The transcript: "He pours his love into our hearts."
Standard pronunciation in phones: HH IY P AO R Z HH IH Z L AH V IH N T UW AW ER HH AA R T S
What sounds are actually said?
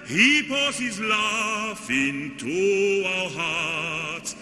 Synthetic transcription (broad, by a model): HH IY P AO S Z HH IH Z L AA F IH N T UW AW ER HH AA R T S